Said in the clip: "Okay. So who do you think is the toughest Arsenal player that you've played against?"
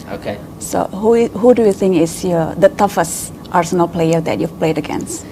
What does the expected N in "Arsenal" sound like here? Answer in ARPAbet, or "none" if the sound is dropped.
N